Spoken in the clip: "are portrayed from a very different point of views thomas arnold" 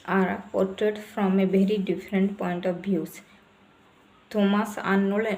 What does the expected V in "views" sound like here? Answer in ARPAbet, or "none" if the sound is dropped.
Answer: B